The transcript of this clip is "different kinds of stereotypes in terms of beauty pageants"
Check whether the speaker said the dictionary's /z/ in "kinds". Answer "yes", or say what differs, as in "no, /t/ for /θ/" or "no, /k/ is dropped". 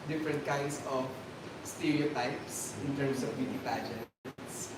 no, /s/ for /z/